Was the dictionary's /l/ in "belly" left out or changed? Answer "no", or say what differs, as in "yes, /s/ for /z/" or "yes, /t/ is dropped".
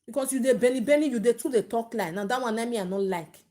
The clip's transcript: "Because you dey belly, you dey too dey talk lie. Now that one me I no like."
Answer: yes, /n/ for /l/